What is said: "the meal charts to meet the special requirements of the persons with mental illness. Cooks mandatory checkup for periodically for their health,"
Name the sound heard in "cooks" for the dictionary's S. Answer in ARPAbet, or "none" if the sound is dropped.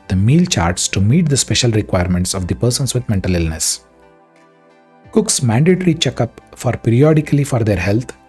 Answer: S